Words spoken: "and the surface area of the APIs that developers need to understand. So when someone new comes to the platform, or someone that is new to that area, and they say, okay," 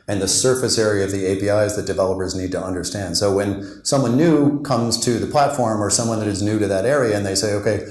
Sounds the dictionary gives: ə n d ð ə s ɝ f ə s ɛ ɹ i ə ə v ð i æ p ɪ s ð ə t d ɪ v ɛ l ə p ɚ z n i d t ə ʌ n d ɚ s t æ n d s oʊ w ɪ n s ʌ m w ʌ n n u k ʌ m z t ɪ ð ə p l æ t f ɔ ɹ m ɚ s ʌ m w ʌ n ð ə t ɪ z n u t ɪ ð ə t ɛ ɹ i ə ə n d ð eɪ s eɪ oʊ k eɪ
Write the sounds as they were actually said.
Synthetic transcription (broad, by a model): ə n ð ə s ɝ f ə s ɛ ɹ i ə ə v ð i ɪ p ɪ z ð ə t d ɪ v ɛ l ə p ɚ z n i d t ə ʌ n d ɚ s t æ n d s oʊ w ɪ n s ʌ m w ʌ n n u k ʌ m z t ɪ ð ə p l æ t f ɔ ɹ m ɚ s ʌ m w ʌ n ð ə t ɪ z n u t ɪ ð ə t ɛ ɹ i ə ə n ð eɪ s eɪ oʊ k eɪ